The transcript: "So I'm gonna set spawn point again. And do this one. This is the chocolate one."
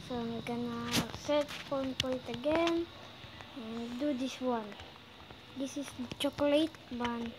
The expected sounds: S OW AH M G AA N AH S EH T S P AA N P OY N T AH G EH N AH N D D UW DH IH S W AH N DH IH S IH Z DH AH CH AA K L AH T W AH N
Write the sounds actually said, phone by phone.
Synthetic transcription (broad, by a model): S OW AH G AA N AH S EH T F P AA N P OY N T AH G EH N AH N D D UW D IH S W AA N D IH S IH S CH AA K L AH T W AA N